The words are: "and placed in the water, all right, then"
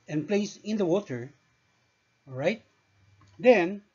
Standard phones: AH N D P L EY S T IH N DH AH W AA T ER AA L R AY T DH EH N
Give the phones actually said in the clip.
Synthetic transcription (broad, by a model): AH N P L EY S IH N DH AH W AA T ER R AY T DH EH N